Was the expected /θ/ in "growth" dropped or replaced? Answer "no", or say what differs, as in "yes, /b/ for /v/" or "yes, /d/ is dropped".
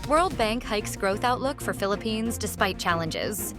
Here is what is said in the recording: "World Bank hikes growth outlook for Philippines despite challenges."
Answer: no